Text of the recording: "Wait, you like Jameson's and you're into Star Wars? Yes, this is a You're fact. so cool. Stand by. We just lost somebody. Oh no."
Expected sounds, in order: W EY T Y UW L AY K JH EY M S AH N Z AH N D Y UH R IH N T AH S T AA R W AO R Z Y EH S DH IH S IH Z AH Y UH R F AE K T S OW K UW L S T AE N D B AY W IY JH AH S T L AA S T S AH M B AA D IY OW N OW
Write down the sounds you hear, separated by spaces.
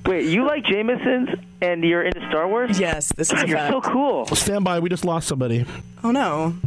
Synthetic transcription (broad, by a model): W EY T Y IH L AY K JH EY M S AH N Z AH N Y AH R IH N T AH S T AA R W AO R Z Y EH S DH IH S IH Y AH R S OW K UW L S T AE N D B AY W IY JH AH S T L AA S T S AH M B AA D IY OW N OW